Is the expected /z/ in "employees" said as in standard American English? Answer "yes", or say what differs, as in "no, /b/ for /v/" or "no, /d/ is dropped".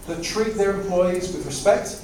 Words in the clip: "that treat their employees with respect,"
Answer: yes